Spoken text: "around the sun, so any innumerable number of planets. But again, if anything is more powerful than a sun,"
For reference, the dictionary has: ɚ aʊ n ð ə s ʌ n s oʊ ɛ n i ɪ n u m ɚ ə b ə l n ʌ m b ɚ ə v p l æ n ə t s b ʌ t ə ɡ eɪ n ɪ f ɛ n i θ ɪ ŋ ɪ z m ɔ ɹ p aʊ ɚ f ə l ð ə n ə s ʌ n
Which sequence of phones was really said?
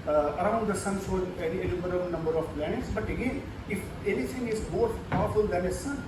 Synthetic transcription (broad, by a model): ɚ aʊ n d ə s ʌ n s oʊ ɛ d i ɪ l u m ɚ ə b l n ʌ m b ɚ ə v p l æ n ə t s b ʌ t ə ɡ eɪ n ɪ f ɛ n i t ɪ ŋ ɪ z m ɔ ɹ p aʊ ɚ f ə l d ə n ə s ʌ